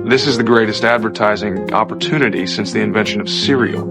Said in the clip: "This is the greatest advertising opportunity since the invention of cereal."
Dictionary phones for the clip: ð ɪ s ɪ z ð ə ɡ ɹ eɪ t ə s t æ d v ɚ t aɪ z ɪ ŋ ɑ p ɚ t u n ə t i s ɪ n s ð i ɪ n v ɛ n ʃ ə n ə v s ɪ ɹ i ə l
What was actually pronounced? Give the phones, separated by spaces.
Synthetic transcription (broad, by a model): ð ɪ s ɪ z ð ə ɡ ɹ eɪ t ə s t æ d v ɚ t aɪ z ɪ ŋ ɑ p ɚ t u n ə t i s ɪ n s ð i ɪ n v ɛ n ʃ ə n ə v s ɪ ɹ i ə